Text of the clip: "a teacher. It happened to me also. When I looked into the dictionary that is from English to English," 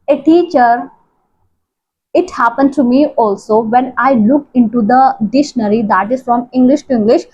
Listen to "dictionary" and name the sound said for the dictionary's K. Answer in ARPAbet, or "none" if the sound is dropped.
none